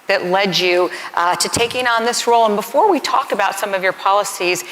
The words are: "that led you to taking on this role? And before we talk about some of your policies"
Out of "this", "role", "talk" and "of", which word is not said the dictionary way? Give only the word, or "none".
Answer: none